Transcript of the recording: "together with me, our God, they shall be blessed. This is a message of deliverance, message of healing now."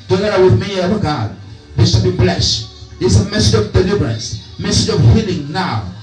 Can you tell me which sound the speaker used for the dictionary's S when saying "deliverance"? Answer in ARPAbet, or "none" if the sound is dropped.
S